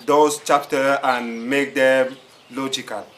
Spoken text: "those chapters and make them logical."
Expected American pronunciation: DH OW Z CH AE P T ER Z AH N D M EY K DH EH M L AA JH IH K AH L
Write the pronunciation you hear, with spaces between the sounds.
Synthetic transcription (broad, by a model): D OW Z CH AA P T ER AH N M EY K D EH M L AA JH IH K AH L